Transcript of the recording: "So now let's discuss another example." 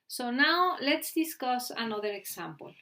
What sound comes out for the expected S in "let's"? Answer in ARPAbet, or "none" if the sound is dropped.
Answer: S